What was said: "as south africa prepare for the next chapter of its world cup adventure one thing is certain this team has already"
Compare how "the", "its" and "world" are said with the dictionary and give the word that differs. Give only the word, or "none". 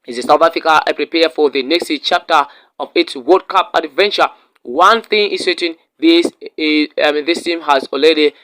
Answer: world